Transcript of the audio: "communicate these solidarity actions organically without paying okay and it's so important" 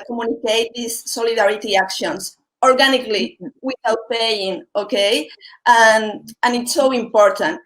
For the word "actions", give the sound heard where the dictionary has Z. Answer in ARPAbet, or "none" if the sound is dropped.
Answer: S